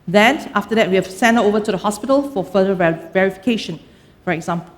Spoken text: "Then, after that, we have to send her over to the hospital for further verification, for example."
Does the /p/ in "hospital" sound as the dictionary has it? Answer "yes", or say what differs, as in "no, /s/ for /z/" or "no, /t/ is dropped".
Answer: yes